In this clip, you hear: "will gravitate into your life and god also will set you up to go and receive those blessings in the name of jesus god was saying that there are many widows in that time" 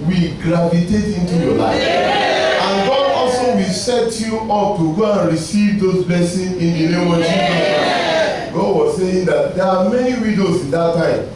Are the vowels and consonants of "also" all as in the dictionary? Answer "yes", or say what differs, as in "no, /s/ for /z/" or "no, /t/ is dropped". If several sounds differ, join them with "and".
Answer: yes